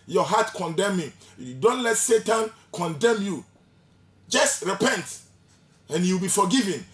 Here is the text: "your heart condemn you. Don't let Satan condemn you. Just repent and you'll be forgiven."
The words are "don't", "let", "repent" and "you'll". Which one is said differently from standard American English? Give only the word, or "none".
you'll